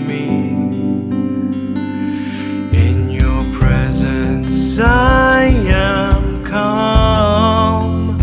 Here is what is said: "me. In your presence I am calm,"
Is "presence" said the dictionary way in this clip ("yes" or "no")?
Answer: yes